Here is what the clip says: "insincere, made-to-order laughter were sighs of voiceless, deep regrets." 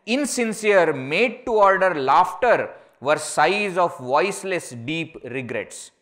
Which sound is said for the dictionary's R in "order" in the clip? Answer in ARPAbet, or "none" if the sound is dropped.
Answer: R